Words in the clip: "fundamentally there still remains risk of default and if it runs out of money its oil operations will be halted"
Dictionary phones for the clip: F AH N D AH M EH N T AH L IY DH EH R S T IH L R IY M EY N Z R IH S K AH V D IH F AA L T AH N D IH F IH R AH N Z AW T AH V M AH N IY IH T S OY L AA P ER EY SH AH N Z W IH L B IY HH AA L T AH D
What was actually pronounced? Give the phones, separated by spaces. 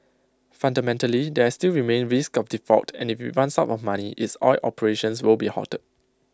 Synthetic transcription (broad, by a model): F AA N D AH M EH N T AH L IY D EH S T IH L R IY M EY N R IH S K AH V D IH F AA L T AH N IH F IH W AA N S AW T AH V M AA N IY IH T S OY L AA P ER EY SH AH N S W IH L B IY HH AA T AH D